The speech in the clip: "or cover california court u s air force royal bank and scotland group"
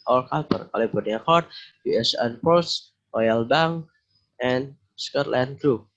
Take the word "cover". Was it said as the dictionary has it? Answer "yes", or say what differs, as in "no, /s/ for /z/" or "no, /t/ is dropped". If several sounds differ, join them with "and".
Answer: no, /p/ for /v/